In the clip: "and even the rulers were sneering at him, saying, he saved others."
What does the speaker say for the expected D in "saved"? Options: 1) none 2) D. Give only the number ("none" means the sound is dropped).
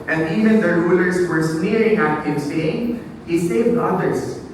1